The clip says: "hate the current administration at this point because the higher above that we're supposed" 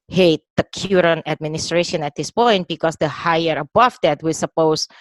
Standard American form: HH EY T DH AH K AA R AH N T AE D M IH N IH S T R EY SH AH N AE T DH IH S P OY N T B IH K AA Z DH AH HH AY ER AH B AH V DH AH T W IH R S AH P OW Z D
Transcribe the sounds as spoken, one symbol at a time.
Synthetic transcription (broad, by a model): HH EY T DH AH K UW R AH N AE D M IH N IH S T R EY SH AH N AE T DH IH S P OY N T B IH K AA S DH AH HH AY ER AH B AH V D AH T W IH L S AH P OW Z